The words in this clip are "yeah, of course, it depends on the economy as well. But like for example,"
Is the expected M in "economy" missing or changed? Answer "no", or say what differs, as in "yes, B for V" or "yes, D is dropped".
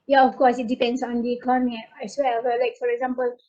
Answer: yes, M is dropped